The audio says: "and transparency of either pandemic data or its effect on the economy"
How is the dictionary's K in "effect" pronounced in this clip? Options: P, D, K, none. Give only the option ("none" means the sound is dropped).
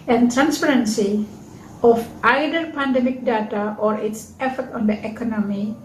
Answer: none